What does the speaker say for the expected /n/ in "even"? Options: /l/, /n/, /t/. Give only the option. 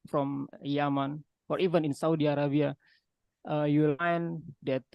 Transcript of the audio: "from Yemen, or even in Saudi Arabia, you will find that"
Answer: /n/